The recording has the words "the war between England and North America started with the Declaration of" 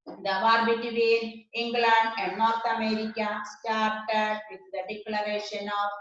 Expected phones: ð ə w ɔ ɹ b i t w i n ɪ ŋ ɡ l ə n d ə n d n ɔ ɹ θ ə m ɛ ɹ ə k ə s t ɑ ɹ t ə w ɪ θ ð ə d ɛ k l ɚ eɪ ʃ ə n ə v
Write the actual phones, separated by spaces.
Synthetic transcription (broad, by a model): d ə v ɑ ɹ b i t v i ɪ ŋ ɡ l ə n d ə n d n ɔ ɹ t ə m ɛ ɹ ə k ə s t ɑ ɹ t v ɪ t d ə d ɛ k l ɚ eɪ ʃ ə n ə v